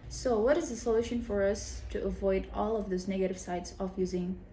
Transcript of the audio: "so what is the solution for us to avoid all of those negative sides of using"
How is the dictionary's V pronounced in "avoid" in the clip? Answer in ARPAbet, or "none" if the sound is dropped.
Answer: V